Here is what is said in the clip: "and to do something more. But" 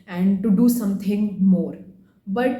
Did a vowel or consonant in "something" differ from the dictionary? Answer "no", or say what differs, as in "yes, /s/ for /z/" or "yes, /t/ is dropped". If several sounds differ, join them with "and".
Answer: yes, /t/ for /θ/